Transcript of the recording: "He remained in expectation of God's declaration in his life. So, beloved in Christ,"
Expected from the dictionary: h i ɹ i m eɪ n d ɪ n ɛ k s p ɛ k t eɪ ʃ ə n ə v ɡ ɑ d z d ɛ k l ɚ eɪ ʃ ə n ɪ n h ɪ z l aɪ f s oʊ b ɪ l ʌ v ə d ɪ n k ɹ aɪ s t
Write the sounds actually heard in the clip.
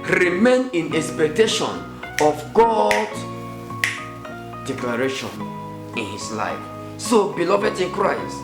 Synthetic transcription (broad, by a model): ɹ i m eɪ n ɪ n ɛ k s p ɛ k t eɪ ʃ ə n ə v ɡ ɑ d d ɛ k l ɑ eɪ ʃ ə n ɪ n h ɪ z l aɪ f s oʊ b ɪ l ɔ v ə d ɪ n k ɹ aɪ s t